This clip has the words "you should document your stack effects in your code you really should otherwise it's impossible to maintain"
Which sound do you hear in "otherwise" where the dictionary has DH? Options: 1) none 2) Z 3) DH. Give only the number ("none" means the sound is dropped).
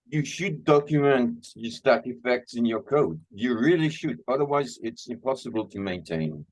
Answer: 3